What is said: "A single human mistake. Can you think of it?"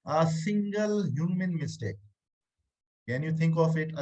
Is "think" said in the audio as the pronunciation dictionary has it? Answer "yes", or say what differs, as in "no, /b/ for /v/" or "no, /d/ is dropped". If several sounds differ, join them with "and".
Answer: no, /t/ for /θ/